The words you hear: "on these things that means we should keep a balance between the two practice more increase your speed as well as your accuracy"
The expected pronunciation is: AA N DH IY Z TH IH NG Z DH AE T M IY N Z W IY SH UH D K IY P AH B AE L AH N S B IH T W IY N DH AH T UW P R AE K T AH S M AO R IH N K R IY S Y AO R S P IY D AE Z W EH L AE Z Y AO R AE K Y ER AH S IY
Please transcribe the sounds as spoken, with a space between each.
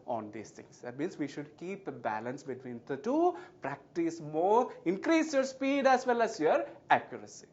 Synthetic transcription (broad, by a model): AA N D IY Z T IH NG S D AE T M IY N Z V IY SH UH D K IY P AH B AE L AH N S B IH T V IY N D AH T UW P R AE K T AH S M AO R IH N K R IY S Y AO R S P IY D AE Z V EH L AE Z Y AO R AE K Y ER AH S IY